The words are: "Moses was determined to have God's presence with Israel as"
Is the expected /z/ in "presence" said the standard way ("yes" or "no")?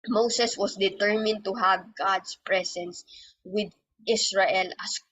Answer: no